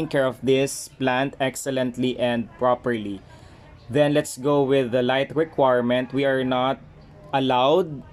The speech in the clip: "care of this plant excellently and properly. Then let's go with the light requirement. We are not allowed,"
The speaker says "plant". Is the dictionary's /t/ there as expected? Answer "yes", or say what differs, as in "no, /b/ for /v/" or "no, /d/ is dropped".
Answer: yes